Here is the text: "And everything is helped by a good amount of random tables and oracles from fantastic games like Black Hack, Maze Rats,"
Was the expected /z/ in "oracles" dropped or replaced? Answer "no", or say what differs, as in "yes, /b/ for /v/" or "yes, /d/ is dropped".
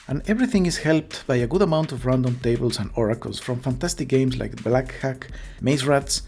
yes, /s/ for /z/